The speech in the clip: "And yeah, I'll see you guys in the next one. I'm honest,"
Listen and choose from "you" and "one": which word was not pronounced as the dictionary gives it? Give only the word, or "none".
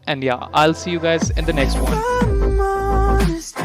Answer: one